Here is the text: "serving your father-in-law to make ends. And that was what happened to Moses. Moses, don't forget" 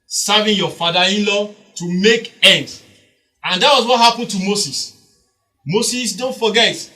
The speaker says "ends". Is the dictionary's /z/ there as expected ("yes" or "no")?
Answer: no